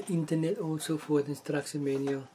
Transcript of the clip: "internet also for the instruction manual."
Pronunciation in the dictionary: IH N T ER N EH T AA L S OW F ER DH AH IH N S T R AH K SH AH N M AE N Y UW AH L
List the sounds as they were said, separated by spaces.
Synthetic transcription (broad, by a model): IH N T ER N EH T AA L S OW F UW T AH N S T R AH K S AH M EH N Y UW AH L